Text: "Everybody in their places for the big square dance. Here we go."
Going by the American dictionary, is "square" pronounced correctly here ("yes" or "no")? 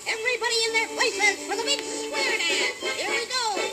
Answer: no